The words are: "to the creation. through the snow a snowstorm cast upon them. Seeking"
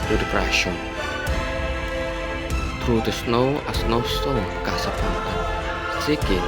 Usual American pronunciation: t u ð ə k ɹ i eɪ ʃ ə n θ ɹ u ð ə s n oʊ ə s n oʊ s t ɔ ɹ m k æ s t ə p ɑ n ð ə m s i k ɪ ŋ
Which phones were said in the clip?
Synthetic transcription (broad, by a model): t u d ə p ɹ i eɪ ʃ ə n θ ɹ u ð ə s n oʊ ə s n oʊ s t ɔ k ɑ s ə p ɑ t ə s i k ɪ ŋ